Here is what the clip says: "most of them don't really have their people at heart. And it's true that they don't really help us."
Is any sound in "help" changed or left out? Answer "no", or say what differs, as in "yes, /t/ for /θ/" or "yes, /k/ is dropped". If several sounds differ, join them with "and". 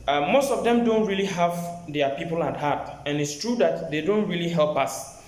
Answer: no